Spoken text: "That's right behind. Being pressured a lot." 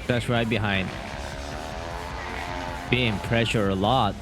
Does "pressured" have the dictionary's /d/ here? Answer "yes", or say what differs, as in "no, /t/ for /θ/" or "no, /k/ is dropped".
no, /d/ is dropped